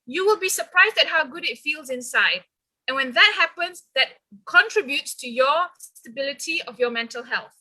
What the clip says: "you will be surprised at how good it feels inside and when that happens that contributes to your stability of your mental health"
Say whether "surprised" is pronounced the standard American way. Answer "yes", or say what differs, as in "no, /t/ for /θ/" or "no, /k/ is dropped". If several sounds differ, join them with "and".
yes